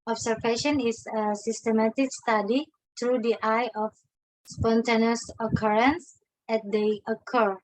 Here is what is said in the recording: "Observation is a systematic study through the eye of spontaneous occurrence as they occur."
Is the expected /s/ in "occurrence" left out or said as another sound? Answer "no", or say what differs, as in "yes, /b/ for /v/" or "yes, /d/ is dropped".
no